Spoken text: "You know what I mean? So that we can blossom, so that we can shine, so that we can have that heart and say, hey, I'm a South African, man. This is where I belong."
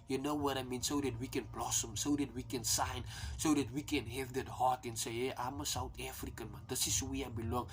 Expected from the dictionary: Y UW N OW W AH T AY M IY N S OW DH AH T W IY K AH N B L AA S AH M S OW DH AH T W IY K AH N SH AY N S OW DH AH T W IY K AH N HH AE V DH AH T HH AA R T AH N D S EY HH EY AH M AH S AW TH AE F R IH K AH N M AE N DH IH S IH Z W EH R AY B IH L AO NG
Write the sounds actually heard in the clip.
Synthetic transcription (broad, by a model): Y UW N OW W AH T AY M IY N S OW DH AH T W IY K AH N B L AA S AH M S OW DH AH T W IY K AH N S AY N S OW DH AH T W IY K AH N HH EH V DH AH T HH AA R T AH N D S EY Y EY AH M AH S AW T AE F R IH K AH N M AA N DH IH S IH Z W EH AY B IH L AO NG